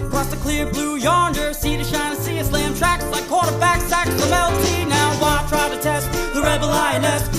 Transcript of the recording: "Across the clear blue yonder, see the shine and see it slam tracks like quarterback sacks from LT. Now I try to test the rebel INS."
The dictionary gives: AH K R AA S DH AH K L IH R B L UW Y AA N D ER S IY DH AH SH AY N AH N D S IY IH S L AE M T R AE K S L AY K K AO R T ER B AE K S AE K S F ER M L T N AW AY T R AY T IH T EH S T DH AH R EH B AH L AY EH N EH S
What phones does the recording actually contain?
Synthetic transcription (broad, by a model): K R AA S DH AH K L IH R B L UW Y AA N D ER S IY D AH SH AY N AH S IY IH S L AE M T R AE K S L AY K K AO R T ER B AE K S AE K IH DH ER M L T N AW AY T R AY T IH T EH S T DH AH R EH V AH L AY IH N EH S